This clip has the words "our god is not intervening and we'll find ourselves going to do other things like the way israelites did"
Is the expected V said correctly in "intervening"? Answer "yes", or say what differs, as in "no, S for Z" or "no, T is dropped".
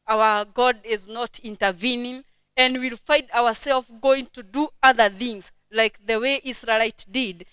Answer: yes